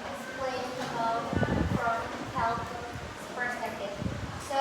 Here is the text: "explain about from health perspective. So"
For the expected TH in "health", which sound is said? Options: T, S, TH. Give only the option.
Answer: S